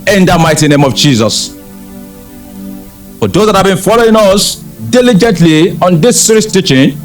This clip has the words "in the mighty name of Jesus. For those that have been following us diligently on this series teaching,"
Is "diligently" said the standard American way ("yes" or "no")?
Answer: yes